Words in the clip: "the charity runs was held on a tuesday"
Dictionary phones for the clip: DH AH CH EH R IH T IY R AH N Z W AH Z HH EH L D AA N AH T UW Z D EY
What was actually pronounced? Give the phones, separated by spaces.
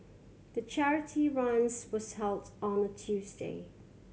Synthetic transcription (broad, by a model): DH AH CH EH R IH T IY R AH N Z W AH Z HH EH L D N AH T UW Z D EY